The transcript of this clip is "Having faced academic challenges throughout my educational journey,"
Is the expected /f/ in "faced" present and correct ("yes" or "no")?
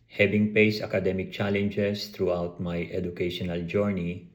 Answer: no